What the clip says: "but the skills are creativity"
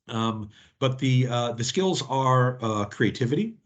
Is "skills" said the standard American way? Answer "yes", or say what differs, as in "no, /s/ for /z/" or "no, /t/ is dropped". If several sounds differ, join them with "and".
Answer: yes